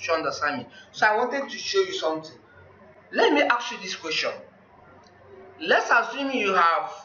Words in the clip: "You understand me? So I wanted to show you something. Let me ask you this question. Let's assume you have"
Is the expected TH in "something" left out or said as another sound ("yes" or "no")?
yes